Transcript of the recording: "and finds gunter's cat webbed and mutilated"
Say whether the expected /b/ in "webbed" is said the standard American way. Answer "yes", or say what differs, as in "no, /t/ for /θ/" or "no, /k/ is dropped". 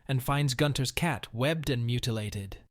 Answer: yes